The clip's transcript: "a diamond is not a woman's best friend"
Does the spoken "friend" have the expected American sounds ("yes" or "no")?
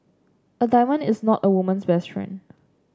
no